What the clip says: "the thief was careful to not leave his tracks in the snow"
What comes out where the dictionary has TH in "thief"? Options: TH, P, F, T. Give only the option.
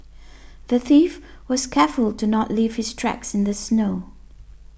TH